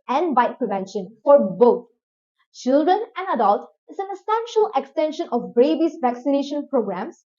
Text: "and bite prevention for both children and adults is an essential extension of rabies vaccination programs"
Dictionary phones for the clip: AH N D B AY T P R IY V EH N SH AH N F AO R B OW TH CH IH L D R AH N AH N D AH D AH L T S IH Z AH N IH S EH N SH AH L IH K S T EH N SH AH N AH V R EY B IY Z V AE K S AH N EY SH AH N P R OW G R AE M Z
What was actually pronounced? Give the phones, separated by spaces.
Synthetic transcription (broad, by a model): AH N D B AY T P R IY V EH N SH AH N F AO R B OW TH CH IH L D R AH N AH N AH D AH L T IH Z AH N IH S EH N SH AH L IH K S T EH N SH AH N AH B R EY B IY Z V AE K S AH N EY SH AH N P R OW G R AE M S